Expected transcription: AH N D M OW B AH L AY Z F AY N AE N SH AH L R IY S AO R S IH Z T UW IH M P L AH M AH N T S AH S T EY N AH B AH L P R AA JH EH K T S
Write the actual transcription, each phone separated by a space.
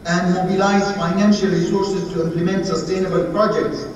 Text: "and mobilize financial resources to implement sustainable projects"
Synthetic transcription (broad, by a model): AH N D M OW B AH L AY Z F AY N AE N SH AH L R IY S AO R S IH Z T UW IH M P L AH M AH N T S AH S T EY N AH B AH L P R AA JH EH K T S